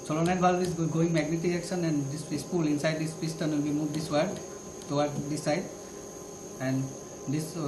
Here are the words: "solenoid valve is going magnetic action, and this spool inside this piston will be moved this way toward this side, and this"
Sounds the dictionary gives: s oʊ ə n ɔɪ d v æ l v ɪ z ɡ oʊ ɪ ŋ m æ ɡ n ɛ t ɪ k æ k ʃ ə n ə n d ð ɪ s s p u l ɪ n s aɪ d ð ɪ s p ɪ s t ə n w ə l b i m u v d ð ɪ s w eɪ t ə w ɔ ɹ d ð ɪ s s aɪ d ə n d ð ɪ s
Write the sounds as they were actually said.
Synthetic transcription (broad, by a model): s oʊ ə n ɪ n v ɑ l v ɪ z ɡ oʊ ɪ ŋ m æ ɡ n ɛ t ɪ æ k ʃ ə n ə n d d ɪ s s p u l ɪ n s aɪ d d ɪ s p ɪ s t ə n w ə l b i m u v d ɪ s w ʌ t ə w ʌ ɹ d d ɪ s s aɪ d ə n d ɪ s